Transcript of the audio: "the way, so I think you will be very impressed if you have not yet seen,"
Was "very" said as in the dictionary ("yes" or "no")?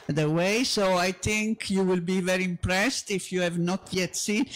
yes